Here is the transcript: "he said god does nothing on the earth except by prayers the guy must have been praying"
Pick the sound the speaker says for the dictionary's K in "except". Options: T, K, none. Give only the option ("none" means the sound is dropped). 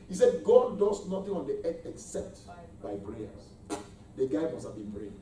K